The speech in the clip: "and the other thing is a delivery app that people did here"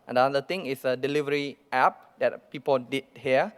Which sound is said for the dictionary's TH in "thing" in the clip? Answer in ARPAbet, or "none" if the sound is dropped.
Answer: T